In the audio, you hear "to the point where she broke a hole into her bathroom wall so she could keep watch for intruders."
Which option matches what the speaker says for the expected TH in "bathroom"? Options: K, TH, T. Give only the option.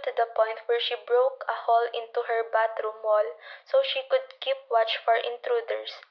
T